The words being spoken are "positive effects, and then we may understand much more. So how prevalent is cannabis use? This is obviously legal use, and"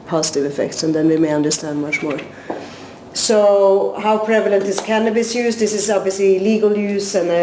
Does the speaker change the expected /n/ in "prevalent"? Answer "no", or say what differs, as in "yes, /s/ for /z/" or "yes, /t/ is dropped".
no